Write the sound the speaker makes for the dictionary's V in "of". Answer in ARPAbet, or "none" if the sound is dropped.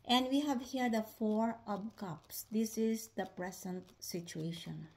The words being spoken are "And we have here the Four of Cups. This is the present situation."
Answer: P